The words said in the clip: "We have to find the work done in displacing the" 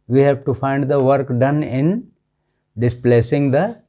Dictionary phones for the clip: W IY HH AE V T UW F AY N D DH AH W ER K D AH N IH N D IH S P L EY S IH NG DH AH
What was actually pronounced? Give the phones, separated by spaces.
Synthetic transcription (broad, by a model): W IY HH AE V T UW F AY N D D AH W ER K D AH N IH N D IH S P L EY S IH NG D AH